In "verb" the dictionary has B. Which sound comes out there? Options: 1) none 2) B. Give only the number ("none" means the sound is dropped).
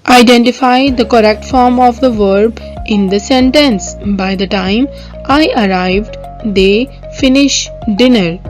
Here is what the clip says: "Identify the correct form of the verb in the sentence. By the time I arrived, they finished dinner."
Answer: 2